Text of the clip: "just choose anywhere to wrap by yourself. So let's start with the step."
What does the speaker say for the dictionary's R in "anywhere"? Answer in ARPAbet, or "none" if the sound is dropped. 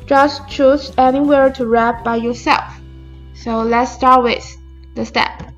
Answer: R